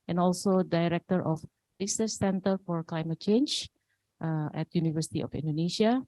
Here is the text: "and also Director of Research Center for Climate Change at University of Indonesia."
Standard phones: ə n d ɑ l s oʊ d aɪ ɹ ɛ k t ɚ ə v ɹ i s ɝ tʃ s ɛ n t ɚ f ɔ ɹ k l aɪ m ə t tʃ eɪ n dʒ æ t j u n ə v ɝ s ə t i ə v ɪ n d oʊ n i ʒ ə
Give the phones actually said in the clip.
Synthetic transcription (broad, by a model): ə n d ɑ l s oʊ d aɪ ɹ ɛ k t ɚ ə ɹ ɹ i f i s s ɛ n t ɚ f ɔ ɹ k l aɪ m ə t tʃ eɪ n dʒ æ t j u n ə v ɝ s ə t i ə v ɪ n d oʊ n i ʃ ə